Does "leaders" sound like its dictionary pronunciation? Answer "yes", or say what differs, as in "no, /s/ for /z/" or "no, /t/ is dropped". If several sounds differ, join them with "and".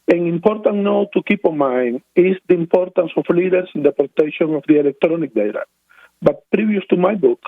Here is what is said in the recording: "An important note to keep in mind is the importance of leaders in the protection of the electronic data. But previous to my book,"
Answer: no, /s/ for /z/